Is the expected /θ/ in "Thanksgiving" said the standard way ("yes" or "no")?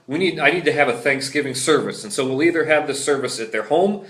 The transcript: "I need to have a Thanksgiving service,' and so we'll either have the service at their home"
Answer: yes